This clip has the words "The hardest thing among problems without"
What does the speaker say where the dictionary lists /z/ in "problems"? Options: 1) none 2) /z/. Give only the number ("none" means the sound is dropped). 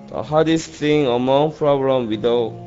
1